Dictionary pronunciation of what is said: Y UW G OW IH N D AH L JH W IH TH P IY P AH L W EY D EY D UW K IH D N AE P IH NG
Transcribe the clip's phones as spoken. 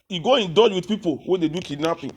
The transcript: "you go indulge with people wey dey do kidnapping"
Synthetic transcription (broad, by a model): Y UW G OW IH N D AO JH W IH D P IY P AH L W EY D EY D UW K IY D N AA P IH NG